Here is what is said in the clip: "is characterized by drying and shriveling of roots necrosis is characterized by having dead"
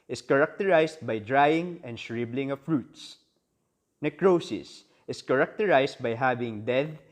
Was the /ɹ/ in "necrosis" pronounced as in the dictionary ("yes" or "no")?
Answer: yes